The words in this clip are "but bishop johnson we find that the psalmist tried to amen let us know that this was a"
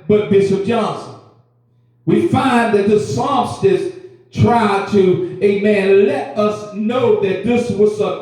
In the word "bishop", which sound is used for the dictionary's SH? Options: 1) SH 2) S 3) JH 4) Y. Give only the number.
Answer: 2